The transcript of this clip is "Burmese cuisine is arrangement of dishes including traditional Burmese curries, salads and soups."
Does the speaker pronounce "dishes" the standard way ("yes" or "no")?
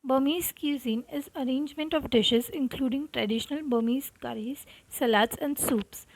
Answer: yes